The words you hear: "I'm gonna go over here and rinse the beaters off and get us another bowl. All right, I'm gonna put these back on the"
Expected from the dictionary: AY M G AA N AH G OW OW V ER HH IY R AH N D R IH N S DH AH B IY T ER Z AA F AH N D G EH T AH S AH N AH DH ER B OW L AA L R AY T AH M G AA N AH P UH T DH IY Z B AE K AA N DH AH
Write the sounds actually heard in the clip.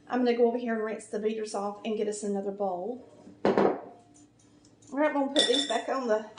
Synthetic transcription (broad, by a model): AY M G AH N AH G OW OW V ER HH IY R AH N R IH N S DH AH B IY T ER Z AA F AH N G EH T AH S AH N AH DH ER B OW L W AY AH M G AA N P UH T DH IY Z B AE K N DH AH